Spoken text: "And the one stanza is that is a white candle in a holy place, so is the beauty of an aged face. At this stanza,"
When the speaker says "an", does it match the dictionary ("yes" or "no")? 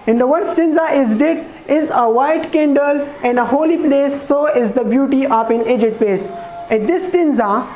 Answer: yes